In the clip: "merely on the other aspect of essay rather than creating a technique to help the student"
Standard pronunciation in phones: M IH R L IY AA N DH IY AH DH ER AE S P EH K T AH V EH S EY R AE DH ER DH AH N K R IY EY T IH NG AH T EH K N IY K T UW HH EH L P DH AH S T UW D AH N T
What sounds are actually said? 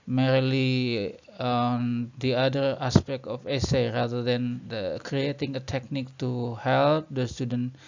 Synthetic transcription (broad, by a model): M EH R L IY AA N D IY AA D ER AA S P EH K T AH F EH S EY R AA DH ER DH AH N K R IY EY T IH NG AH T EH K N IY K T UW HH EH L P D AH S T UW D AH N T